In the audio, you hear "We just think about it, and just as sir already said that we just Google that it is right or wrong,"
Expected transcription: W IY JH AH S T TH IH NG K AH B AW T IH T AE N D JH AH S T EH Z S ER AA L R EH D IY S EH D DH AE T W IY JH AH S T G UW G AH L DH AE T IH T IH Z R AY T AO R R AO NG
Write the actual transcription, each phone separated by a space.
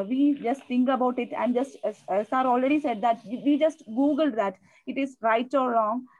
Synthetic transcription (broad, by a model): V IY JH AH S T T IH NG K AH B AW T IH T AE N D JH AH S T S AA AA L R EH D IY S EH D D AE T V IY JH AH S T G UW G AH L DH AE T IH T IH Z R AY T AO R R AO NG